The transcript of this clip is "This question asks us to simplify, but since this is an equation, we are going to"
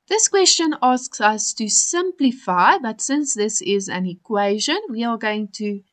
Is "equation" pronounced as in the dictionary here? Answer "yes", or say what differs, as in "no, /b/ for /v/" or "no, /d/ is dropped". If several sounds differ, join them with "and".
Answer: yes